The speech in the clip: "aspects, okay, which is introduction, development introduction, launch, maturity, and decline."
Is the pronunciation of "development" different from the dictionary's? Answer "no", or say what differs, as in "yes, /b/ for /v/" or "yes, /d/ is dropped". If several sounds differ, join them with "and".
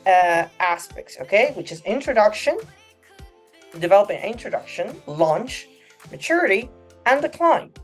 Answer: yes, /m/ is dropped